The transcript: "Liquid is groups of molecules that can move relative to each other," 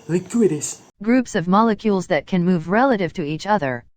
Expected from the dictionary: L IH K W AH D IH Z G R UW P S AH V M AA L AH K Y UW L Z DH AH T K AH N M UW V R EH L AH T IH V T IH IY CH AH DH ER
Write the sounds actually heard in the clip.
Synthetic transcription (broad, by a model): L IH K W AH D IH S G R UW P S AH V M AA L AH K Y UW L Z DH AH T K AH N M UW V R EH L AH T IH V T IH IY CH AH DH ER